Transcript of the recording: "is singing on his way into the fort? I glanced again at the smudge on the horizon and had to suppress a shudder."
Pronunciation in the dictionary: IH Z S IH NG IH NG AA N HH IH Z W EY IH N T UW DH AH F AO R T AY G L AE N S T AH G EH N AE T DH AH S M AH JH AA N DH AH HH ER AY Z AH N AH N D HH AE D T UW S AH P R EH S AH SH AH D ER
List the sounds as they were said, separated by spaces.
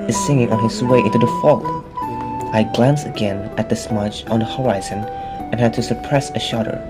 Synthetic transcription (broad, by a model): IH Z S IH NG IH NG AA N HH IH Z W EY IH N T UW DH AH F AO L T AY G L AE N S AH G EH N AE T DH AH S M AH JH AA N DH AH HH ER AY Z AH N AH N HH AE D T UW S AH P R EH S AH SH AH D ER